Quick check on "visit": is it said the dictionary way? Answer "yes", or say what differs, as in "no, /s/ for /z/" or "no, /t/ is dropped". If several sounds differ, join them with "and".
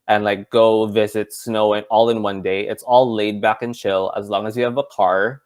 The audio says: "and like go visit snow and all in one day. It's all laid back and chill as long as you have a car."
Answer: yes